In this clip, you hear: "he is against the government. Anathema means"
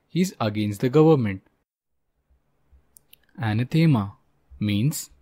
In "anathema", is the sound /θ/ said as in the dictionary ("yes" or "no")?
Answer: no